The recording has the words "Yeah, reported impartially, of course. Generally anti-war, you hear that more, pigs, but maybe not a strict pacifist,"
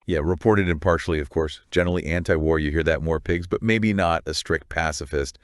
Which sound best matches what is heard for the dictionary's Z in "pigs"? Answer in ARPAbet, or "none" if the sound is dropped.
Z